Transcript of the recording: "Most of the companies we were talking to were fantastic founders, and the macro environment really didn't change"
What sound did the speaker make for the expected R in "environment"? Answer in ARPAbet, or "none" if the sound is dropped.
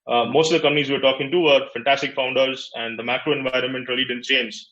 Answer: R